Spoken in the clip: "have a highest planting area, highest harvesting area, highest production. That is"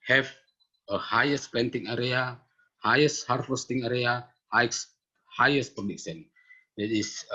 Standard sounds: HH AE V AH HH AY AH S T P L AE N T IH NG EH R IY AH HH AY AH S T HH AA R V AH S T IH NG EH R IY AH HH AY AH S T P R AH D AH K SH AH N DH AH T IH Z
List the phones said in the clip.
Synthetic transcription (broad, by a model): HH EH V AH HH AY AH S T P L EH N T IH NG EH R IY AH HH AY AH S T HH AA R F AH S T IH NG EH R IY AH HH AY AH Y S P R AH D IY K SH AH N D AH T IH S